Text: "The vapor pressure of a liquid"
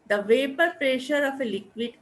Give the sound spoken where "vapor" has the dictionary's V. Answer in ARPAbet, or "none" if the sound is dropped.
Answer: V